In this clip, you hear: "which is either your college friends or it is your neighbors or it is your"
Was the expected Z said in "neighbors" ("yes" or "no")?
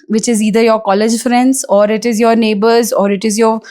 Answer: yes